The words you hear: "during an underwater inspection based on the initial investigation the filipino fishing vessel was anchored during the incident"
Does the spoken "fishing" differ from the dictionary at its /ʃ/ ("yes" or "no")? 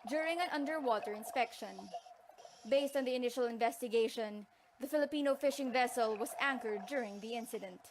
no